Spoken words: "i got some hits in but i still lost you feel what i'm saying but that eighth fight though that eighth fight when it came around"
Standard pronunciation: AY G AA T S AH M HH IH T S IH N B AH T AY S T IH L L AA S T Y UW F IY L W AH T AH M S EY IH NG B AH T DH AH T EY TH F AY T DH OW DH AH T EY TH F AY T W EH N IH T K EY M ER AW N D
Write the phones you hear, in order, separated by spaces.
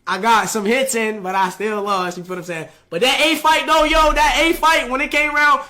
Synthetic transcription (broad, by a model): AY G AA T S AH M HH IH T S IH N B AH T AY S T IH L L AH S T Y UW P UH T AH M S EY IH B AH T DH AH T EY F AY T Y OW DH AH T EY F AY T W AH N IH T K EY M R AW N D